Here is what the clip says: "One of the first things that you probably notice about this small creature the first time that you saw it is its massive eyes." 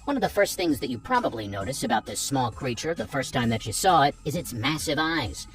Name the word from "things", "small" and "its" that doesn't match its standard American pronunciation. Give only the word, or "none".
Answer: none